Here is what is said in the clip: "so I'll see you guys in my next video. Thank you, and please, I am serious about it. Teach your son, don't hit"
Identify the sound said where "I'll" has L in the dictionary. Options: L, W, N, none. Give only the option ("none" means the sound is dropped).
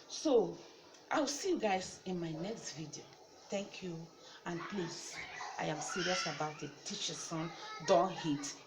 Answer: W